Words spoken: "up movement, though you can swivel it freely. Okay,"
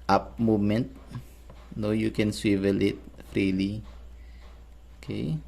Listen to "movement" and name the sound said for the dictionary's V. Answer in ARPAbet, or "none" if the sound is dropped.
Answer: none